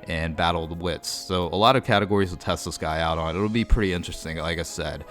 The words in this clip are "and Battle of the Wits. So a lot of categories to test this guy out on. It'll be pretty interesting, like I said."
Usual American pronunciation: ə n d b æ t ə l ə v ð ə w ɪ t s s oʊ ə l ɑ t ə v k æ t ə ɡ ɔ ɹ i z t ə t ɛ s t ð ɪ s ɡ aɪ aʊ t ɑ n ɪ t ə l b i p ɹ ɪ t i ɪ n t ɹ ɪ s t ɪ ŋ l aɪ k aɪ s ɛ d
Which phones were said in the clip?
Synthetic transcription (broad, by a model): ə n b æ t l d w ɪ t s s oʊ ə l ɑ t ə v k æ t ə ɡ ɔ ɹ i z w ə t ɛ s t ð ɪ s ɡ aɪ aʊ t n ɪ t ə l b i p ɹ ɪ t i ɪ n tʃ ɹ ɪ s t ɪ ŋ l aɪ k aɪ s ɛ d